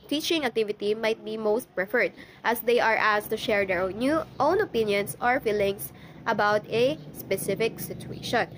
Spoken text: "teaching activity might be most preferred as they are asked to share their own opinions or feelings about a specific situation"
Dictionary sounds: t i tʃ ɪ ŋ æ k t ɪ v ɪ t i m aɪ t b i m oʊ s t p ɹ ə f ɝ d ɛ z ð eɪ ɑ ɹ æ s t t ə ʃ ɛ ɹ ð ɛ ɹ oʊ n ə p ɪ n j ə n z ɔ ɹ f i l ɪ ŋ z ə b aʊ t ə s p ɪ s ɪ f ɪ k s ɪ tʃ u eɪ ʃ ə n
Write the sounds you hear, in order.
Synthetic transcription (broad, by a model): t i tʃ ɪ ŋ æ k t ɪ v ɪ t i m aɪ t b i m oʊ s t p ɹ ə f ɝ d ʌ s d eɪ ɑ ɹ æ s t t ə ʃ ɛ ɹ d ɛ ɹ oʊ n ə p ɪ n j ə n s ɔ ɹ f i l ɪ ŋ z ə b aʊ t ə s p ɪ s ɪ f ɪ k s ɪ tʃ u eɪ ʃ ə n